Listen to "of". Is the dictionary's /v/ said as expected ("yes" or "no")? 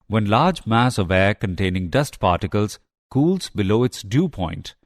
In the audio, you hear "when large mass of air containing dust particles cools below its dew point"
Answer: yes